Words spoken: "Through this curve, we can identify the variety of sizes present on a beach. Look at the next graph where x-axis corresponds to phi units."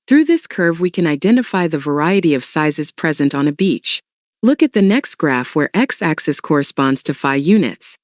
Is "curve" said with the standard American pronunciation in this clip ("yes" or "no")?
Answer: yes